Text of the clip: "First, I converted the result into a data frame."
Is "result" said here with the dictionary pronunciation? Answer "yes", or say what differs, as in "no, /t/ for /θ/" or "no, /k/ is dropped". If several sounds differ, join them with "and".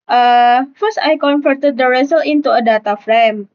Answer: no, /t/ is dropped